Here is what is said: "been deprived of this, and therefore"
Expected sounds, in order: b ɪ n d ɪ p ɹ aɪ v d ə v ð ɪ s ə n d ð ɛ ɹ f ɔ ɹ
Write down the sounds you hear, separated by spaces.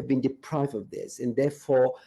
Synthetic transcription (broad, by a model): b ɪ n d ɪ p ɹ aɪ v d ə v ð ɪ s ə n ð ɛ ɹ f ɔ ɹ